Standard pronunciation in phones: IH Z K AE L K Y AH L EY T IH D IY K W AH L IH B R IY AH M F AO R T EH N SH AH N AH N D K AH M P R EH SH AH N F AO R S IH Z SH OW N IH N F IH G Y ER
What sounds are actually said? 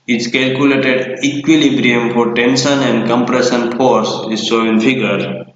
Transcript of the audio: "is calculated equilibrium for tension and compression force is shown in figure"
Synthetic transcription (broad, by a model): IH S K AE L K Y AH L EY T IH D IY K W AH L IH B R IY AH M F AO R T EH N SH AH N AH N D K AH M P R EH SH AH N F AO R S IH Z S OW IH N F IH G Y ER